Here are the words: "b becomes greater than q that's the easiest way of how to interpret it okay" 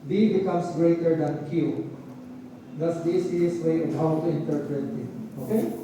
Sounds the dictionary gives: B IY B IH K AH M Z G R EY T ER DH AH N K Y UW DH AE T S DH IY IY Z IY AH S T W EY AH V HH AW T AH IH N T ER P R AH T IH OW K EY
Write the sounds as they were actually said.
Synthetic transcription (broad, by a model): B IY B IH K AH M S G R EY T ER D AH N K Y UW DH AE T S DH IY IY S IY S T W EY AH V HH AW T AH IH N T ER P R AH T IH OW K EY